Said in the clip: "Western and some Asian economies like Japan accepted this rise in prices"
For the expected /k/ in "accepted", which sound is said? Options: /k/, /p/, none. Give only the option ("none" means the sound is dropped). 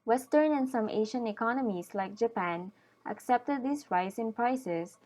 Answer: /k/